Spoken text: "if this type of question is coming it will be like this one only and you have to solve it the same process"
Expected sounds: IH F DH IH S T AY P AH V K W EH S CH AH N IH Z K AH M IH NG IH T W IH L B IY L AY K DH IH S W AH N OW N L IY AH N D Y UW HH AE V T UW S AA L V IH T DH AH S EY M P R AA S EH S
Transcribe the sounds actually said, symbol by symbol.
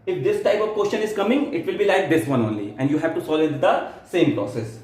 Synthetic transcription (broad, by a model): IH F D IH S T AY P AH V K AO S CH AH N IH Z K AH M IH NG IH T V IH L B IY L AY K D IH S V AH N OW N L IY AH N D Y UW HH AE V T UW S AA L IH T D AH S EY M P R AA S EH S